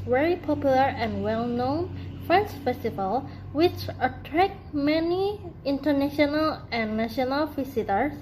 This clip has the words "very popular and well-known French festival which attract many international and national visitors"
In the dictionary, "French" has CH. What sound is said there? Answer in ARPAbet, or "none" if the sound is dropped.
S